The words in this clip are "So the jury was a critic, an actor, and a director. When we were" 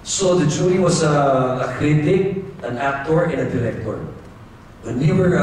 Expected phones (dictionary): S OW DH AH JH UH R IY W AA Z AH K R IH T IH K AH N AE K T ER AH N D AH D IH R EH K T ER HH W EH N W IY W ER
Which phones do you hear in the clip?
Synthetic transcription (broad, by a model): S OW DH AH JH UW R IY W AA S AH K R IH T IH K AH N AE K T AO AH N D AH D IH R EH K T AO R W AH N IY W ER